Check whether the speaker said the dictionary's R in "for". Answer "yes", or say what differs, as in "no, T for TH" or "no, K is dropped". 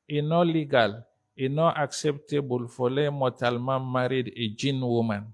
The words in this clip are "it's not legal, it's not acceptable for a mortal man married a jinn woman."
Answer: no, L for R